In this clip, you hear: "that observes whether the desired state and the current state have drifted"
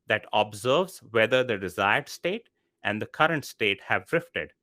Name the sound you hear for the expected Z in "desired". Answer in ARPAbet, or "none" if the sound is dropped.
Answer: Z